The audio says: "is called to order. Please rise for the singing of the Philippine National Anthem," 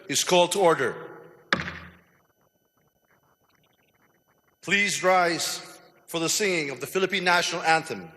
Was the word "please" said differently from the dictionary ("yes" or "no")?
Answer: no